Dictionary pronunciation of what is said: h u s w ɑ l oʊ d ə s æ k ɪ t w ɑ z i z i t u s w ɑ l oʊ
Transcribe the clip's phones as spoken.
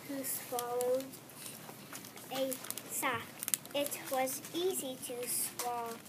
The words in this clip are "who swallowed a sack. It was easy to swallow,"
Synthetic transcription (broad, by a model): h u s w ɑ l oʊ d ə s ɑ ɪ t w ɑ z i z i t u s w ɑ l